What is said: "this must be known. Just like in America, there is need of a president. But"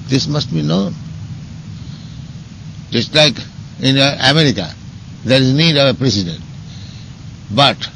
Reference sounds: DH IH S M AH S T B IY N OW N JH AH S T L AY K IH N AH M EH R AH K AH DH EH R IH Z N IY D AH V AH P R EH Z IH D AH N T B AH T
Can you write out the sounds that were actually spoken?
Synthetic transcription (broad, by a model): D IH S M AH S T B IY N OW N JH AH S T L AY K IH N AH M EH R AH K AH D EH R IH Z N IY D AH V AH P R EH S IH D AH N T B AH T